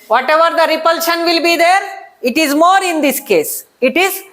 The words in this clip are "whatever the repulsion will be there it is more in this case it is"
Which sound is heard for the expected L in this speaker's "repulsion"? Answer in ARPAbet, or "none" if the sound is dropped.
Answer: L